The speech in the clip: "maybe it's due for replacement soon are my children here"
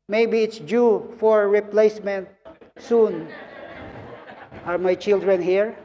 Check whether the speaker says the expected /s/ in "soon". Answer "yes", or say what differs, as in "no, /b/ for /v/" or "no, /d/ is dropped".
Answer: yes